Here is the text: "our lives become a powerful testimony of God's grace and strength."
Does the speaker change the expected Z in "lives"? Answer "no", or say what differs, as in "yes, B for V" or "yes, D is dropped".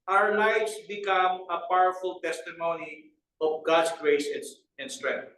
yes, S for Z